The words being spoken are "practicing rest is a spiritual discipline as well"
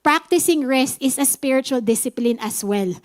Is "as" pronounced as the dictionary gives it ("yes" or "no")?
no